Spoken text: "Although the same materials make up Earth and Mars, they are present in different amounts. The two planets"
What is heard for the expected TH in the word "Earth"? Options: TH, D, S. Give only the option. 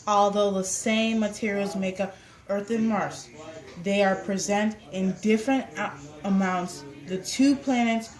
TH